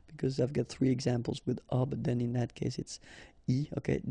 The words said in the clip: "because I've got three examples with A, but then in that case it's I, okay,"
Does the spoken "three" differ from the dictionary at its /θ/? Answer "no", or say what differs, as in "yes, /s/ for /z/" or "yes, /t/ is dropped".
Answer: no